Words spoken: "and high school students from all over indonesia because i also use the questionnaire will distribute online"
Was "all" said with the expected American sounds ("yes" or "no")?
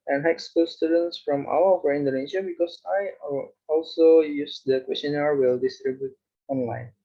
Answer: no